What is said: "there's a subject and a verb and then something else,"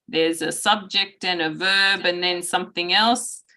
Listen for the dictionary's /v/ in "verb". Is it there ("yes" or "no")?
yes